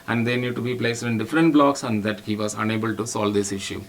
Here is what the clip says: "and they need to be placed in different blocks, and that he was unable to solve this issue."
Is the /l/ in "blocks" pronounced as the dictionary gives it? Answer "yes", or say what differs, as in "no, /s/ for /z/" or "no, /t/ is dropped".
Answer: yes